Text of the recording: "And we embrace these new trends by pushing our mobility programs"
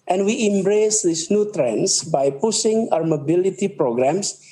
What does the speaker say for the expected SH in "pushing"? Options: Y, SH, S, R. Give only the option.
S